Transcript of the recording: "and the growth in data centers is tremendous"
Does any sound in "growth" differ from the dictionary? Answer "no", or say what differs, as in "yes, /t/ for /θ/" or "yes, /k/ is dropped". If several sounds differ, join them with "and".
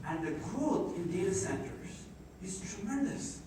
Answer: yes, /t/ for /θ/